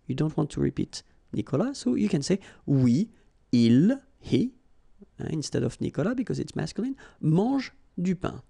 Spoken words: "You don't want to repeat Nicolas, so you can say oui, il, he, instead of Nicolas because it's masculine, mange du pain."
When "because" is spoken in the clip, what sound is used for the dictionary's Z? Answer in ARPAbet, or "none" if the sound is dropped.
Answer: Z